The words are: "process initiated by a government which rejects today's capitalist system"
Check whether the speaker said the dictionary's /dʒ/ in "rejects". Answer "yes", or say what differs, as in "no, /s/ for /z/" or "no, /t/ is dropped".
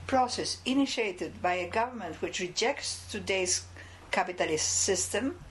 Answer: yes